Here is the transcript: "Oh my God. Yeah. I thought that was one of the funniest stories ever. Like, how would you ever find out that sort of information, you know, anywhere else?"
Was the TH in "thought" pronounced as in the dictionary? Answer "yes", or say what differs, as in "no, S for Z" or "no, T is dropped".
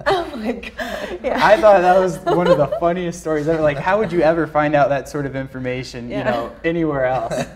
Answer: yes